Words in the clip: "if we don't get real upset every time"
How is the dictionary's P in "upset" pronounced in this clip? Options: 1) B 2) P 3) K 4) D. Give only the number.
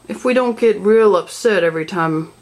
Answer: 1